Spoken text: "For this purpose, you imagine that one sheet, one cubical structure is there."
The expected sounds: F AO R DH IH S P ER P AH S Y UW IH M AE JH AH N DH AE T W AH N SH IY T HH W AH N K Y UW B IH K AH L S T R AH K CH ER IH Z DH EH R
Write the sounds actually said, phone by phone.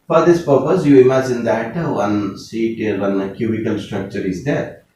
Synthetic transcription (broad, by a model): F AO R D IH S P ER P AH S Y UW IH M AE JH AH N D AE T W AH N S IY T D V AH N K Y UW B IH K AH L S T R AH K CH ER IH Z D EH R